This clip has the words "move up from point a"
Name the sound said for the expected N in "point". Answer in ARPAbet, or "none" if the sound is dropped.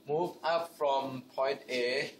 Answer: N